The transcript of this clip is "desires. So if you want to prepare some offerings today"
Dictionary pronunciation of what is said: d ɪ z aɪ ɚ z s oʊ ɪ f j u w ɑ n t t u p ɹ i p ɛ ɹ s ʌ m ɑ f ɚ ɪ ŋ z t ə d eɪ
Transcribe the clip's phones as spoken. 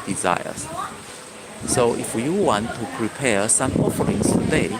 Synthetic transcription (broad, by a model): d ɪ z aɪ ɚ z s oʊ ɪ f j u w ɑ n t t u p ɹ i p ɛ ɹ s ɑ m ɑ f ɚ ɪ ŋ s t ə d eɪ